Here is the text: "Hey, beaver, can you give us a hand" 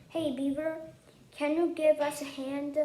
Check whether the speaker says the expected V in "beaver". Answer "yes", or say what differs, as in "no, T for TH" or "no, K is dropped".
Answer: no, B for V